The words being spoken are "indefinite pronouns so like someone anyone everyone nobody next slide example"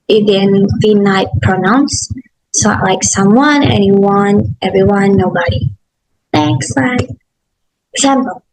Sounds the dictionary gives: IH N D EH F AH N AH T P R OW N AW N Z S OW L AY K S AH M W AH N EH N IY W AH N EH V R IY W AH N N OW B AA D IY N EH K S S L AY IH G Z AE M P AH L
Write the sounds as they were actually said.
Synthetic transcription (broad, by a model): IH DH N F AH N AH T P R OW N AW N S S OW L AY K S AH M W AH N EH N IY W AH N EH V R IY W AH N N OW B AA D IY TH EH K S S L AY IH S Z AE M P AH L